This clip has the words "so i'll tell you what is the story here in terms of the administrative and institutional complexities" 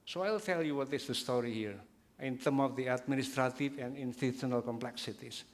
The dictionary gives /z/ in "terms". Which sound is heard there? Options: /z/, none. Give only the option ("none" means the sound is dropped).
none